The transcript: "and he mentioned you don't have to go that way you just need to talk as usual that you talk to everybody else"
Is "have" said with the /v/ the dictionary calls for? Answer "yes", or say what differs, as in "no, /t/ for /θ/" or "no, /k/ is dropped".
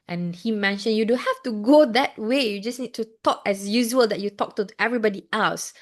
no, /f/ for /v/